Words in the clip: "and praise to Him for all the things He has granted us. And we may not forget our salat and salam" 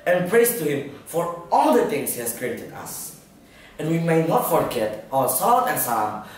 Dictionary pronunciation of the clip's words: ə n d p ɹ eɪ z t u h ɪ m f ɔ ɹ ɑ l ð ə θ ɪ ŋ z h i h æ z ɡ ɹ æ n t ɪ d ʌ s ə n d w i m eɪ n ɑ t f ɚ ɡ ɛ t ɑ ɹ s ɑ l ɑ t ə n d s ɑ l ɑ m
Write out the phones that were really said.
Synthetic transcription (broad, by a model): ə n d p ɹ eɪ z t u h ɪ m f ɔ ɹ ɑ l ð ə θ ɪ ŋ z h i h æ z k ɹ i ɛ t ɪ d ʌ s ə n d w i m eɪ n ɑ t f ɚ ɡ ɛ t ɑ l s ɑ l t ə n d s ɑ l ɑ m